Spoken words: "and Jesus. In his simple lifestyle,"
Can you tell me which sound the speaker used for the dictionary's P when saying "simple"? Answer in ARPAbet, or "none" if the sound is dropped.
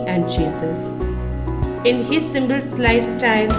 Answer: B